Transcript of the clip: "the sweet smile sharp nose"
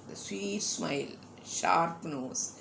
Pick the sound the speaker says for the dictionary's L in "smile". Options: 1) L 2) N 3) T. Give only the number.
1